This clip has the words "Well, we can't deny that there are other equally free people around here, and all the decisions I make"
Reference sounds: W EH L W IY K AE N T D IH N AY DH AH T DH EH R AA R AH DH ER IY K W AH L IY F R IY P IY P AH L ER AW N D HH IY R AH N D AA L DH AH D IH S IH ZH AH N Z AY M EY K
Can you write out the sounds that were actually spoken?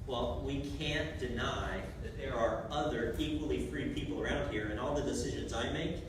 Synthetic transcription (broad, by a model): W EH L W IY K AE N D IH N AY DH AH T DH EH R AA R AH DH ER IY K W AH L IY F R IY P IY P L ER AW N D HH IY R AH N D AA L DH AH D IH S IH ZH AH N Z AY M EY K